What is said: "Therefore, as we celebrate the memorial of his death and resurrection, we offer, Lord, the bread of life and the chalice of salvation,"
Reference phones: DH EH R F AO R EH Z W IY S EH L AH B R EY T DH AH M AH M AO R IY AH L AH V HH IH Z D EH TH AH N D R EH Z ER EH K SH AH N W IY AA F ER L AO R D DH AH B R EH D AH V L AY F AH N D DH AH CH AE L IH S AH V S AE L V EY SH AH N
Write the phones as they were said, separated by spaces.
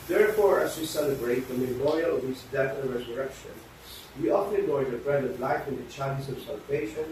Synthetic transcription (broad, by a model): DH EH R F AO R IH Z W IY S EH L AH B R EY T DH AH M AH M AO R IY AH L AH V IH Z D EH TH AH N R EH Z ER EH K SH AH N W IY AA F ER N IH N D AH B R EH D AH V L AY F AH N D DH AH CH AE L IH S AH V S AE L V EY SH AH N